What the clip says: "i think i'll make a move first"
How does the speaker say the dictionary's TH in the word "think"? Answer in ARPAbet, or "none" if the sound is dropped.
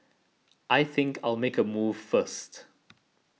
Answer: TH